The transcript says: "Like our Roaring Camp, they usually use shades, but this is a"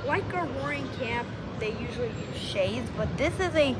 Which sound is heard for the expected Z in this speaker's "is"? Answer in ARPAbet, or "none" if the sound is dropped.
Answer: Z